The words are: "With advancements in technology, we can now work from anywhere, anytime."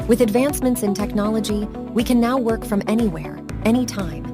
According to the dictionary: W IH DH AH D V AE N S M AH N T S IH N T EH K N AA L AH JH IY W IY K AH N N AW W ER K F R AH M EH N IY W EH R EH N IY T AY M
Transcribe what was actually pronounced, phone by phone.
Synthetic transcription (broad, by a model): W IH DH AH D V AE N S M AH N T S IH N T EH K N AA L AH JH IY W IY K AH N N AW W ER K F R AH M EH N IY W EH R EH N IY T AY M